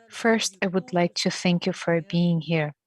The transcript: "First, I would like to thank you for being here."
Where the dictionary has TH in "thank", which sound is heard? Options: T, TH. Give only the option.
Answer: TH